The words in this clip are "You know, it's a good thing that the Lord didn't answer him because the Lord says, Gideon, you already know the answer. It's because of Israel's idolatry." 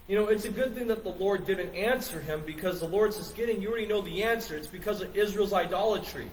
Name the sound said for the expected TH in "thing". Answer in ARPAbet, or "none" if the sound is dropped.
TH